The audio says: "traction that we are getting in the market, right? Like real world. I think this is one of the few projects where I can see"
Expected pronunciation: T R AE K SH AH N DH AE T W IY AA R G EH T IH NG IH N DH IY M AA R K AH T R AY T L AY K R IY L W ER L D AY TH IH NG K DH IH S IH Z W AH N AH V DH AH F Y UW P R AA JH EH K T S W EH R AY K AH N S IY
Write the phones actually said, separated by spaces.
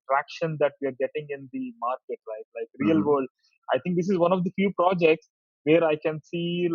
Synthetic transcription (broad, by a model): T R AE K SH AH N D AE T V IY AA R G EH T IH NG IH N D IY M AA R K AH T L AY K L AY K R IY L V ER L D AY T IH NG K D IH S IH Z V AH N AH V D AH F Y UW P R AA JH EH K T S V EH R AY K AH N S IY